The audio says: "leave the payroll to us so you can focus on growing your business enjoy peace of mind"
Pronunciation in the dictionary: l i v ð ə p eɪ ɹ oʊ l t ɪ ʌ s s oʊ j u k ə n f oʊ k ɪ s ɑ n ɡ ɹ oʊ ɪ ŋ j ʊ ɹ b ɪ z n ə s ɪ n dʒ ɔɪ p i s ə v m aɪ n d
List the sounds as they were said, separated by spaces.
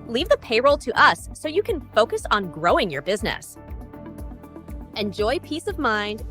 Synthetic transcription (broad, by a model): l i v ð ə p eɪ ɹ oʊ l t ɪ ʌ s s oʊ j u k ə n f oʊ k ɪ s n ɡ ɹ oʊ ɪ ŋ j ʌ ɹ b ɪ z n ə s ɪ n dʒ ɔɪ p i s ə v m aɪ n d